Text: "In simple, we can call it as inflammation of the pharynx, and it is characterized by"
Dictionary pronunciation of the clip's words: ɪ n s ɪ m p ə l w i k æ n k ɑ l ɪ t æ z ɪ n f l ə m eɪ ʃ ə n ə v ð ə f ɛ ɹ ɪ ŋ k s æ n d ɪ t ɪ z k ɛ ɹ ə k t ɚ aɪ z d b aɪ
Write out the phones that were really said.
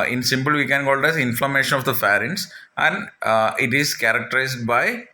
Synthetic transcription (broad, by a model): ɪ n s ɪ m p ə l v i k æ n k ɑ l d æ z ɪ n f l ə m eɪ ʃ ə n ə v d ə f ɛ ɹ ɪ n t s æ n d ɪ t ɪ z k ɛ ɹ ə k t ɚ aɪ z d b aɪ